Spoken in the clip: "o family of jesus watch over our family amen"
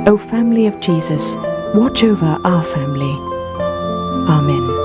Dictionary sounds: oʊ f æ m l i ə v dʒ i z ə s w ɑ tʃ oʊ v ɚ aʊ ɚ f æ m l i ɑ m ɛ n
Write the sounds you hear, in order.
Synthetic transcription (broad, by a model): oʊ f æ m l i ə v dʒ i z ə s w ɑ tʃ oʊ v ɚ aʊ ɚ f æ m l i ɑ m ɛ n